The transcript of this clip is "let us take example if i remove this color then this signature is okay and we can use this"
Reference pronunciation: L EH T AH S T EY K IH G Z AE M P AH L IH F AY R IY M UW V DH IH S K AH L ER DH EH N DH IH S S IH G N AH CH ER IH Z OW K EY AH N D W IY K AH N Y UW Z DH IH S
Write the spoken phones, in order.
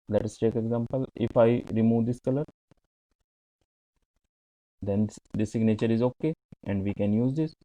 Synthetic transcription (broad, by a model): L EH T AH S T EY K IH G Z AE M P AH L IH F AY R IY M UW V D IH S K AH L ER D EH N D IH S S IH G N AH CH ER IH Z OW K EY AH N D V IY K AH N Y UW Z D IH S